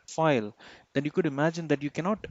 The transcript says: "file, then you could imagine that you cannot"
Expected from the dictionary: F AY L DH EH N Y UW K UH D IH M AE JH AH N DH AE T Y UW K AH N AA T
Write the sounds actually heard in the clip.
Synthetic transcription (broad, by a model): F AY L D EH N Y UW K UH D IH M AE JH AH N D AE T Y UW K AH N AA T